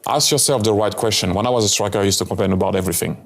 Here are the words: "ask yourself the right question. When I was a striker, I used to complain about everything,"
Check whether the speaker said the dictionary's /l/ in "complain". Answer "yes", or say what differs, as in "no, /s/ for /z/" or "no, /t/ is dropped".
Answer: no, /l/ is dropped